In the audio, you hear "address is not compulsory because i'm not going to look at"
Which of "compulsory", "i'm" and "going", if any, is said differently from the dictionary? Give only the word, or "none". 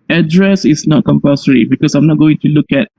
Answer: compulsory